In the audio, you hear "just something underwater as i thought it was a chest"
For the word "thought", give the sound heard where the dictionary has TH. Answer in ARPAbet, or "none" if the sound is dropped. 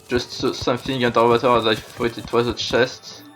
F